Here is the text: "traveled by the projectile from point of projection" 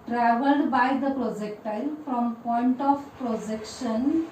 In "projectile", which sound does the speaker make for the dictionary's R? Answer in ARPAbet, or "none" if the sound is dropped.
R